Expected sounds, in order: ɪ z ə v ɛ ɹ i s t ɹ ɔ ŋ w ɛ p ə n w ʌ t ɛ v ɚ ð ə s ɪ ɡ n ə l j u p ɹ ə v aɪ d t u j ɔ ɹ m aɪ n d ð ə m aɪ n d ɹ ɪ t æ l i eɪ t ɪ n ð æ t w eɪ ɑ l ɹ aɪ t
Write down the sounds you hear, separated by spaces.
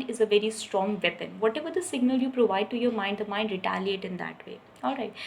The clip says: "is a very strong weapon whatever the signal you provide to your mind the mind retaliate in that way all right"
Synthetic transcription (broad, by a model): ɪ z ə v ɛ ɹ i s t ɹ ɔ ŋ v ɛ p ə n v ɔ t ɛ v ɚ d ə s ɪ ɡ n ə l j u p ɹ ə v aɪ d t u j ɔ ɹ m aɪ n d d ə m aɪ n d ɹ ɪ t æ l i eɪ t ɪ n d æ t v eɪ ɑ l ɹ aɪ t